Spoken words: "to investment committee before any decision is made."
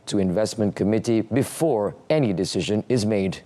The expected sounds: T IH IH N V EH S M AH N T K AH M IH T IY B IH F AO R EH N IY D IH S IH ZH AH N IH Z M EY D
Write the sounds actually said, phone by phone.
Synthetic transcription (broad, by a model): T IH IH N V EH S M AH N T K AH M IH T IY B IH F AO R EH N IY D IH S IH ZH AH N IH Z M EY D